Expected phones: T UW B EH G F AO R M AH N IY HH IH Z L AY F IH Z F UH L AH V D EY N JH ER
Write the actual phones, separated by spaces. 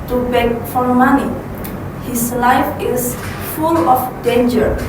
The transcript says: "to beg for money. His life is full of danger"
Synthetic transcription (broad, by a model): T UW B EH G F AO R M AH N IY HH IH S L AY F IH S F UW L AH F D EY N JH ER